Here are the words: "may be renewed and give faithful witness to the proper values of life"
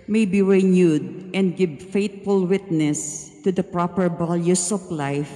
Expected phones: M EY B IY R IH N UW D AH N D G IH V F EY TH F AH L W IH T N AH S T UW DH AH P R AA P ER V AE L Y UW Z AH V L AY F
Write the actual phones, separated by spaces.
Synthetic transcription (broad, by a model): M EY B IY R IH N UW D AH N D G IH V F EY T F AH L W IH T N AH S T UW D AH P R AA P ER B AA L Y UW S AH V L AY F